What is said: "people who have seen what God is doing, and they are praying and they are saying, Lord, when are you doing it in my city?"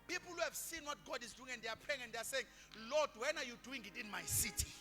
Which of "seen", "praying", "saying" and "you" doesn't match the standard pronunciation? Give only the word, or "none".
praying